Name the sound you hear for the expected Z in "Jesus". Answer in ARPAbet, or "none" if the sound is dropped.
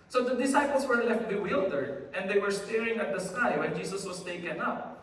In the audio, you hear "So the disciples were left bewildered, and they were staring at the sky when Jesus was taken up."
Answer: S